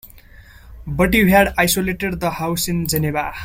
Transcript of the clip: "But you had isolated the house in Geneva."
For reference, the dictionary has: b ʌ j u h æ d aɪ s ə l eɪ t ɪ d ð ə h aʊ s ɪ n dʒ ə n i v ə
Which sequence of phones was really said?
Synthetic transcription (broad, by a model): b ʌ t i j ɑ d aɪ s ə l eɪ t ɪ d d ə h aʊ s ɪ n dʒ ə n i b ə